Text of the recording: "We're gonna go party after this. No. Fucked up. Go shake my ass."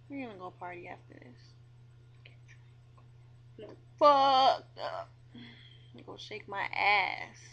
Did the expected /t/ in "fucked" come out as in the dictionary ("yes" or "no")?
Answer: no